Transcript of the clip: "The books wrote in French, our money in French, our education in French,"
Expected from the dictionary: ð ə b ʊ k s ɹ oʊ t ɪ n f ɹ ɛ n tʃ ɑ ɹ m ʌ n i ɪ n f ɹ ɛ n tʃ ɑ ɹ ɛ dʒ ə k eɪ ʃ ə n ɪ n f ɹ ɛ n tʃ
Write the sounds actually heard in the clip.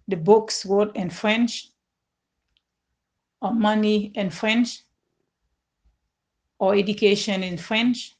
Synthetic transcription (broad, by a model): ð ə b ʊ k s w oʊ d ɪ n f ɹ ɛ n tʃ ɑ m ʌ n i ɪ n f ɹ ɛ n tʃ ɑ ɛ dʒ ə k eɪ ʃ ə n ɪ n f ɹ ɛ n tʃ